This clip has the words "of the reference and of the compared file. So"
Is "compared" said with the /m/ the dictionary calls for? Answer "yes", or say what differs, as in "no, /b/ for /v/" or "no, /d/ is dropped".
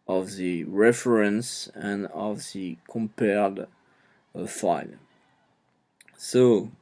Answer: yes